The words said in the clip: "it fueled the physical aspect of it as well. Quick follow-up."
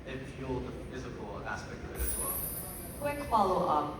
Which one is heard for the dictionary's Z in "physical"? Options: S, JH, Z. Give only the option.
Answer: Z